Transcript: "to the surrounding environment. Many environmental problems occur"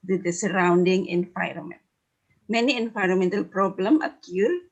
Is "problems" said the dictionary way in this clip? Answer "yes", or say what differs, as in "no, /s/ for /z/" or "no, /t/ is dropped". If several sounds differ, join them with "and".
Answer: no, /z/ is dropped